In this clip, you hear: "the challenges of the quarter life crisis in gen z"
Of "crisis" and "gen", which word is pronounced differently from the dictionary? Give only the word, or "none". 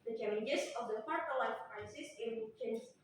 gen